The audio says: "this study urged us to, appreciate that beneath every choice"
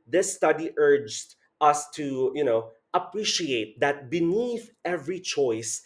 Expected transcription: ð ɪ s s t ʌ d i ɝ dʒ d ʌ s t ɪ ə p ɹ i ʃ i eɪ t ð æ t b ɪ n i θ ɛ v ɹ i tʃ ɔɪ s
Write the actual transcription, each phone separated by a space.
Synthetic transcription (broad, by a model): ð ɪ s s t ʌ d i ɝ dʒ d ʌ s t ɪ ə p ɹ i ʃ i eɪ t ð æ t b ɪ n i θ ɛ v ɹ i tʃ ɔɪ s